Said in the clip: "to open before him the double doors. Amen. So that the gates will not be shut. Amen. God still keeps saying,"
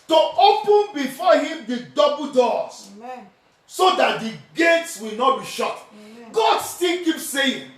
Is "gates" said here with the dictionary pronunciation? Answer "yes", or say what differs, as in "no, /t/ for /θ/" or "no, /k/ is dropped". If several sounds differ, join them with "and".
yes